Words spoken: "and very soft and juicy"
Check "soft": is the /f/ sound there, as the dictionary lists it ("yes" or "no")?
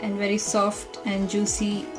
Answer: yes